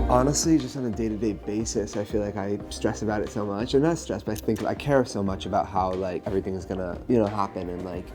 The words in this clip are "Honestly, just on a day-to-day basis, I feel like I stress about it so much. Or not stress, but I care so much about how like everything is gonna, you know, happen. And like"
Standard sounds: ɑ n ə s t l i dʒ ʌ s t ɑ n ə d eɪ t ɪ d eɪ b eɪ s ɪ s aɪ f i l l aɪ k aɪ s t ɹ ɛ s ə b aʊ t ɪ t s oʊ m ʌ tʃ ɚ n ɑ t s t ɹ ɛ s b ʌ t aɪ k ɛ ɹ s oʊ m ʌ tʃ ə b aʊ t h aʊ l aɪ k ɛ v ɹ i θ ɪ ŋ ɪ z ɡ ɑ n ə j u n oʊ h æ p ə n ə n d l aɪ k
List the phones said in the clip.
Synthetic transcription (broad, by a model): ɑ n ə s t l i dʒ ʌ s t n ə d eɪ t ɪ d eɪ b eɪ s ɪ s aɪ f i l l aɪ k aɪ s t ɹ ɛ s ə b aʊ t ɪ t s oʊ m ʌ tʃ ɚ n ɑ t s t ɹ ɛ s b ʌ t aɪ k ɛ ɹ s oʊ m ʌ tʃ ə b aʊ t h aʊ l aɪ k ɛ v ɹ i θ ɪ ŋ ɪ z ɡ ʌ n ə j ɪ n oʊ h æ p ə n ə n l aɪ k